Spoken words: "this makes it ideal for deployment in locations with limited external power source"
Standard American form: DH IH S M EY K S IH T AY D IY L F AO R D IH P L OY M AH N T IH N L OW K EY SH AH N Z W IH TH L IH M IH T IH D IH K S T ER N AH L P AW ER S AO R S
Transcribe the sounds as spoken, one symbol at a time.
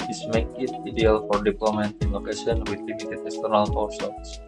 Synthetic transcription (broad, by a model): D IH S M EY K IH T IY D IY L F AO R D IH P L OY M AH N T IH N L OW K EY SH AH N W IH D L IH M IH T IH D IH K S T ER N AH L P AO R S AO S